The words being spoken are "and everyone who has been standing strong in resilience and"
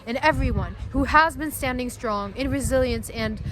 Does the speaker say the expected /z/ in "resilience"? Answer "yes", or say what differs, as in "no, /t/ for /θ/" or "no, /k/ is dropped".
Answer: yes